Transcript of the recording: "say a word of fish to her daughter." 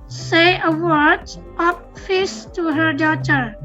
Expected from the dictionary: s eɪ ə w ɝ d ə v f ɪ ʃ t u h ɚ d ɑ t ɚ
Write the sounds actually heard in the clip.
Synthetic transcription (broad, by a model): s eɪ ə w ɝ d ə p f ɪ s t u h ɚ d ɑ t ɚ